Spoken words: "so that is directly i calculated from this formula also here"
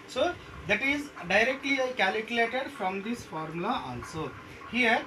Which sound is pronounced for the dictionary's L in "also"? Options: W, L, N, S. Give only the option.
N